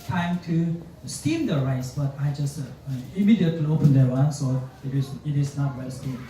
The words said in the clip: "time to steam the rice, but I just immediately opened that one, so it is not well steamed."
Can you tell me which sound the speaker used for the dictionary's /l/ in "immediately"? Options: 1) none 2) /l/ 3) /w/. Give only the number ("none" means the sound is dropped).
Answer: 1